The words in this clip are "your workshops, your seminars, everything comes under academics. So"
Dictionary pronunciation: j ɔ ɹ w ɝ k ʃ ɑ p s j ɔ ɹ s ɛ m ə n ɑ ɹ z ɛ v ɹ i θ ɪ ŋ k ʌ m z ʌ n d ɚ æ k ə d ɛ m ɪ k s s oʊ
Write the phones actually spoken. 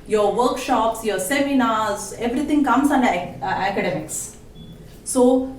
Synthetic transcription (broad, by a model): j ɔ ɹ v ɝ k ʃ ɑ p s j ɔ ɹ s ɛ m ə n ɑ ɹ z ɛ v ɹ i t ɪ ŋ k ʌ m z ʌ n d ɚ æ k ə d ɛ m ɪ k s s oʊ